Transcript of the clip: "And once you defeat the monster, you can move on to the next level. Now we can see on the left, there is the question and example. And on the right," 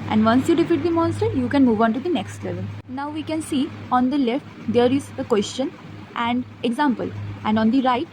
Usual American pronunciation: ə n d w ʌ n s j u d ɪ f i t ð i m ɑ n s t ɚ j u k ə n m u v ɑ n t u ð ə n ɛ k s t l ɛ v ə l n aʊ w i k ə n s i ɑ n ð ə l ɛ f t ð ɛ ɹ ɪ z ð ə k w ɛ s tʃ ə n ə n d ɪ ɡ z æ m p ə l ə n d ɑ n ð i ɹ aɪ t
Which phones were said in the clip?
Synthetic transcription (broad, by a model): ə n d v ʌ n s j u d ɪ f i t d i m ɑ n s t ɚ j u k ə n m u v ɑ n t u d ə n ɛ k s t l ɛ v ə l n aʊ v i k ə n s i ɑ n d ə l ɛ f t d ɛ ɹ ɪ z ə k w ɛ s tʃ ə n ə n d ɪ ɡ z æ m p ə l ə n d ɑ n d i ɹ aɪ t